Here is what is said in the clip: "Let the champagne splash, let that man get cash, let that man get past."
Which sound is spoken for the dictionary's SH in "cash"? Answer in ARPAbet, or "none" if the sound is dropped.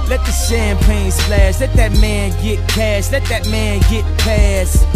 S